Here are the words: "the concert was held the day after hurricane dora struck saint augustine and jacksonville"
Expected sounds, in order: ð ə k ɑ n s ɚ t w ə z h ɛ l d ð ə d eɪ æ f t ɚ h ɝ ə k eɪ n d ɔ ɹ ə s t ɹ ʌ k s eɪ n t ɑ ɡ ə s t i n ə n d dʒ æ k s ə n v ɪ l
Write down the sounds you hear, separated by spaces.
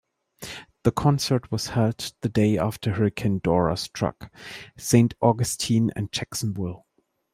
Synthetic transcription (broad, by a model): ð ə k ɑ n s ɚ t w ə z h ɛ l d ð ə d eɪ æ f t ɚ h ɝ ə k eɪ n d ɔ ɹ ə s t ɹ ʌ k s eɪ n t ɑ ɡ ə s t i n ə n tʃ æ k s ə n b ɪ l